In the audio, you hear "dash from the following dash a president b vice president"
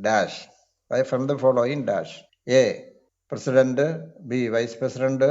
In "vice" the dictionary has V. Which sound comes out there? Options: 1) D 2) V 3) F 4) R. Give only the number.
2